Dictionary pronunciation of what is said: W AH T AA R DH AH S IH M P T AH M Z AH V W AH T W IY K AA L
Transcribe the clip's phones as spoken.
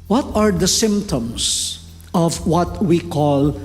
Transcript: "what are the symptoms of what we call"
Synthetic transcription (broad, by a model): W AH T AA R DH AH S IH M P T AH M S AH V W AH T W IY K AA L